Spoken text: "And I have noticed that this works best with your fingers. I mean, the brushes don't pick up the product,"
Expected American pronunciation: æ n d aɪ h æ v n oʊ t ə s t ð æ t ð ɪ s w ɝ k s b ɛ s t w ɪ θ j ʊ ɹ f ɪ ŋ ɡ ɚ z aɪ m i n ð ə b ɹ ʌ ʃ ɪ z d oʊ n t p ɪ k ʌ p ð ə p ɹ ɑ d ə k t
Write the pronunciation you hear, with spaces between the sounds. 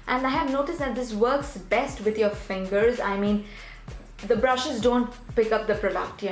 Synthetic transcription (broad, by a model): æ n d aɪ h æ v n oʊ t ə s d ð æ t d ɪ s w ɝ k s b ɛ s t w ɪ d j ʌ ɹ f ɪ ŋ ɡ ɚ z aɪ m i n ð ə b ɹ ʌ ʃ ɪ z d oʊ n t p ɪ k ʌ p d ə p ɹ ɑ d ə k t